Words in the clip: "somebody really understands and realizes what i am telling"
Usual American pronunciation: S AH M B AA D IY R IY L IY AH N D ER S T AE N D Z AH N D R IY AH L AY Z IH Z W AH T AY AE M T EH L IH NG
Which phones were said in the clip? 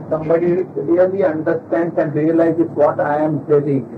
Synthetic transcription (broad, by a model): S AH M B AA D IY L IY L IY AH N D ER S T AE N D S AH N D R IY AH L AY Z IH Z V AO T AY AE M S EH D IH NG